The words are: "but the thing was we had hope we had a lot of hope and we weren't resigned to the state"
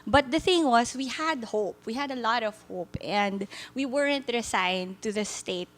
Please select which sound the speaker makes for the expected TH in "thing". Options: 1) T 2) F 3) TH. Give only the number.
3